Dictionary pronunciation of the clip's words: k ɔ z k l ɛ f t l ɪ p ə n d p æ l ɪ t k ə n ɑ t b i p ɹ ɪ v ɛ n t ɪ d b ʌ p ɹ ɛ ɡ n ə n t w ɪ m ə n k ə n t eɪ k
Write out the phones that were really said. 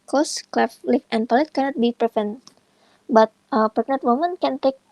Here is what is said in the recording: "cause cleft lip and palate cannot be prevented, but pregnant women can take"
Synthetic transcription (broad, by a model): k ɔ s k l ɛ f l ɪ f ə n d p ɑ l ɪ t k ə n ɑ t b i p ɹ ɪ f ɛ n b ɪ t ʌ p ɛ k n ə t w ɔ m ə n k ə n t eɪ k